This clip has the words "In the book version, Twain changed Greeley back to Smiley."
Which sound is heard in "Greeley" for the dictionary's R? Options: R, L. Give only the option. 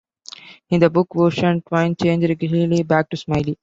L